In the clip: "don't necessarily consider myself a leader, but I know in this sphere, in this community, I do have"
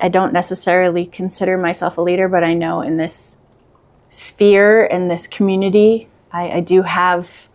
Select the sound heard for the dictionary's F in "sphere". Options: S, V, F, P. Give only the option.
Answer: F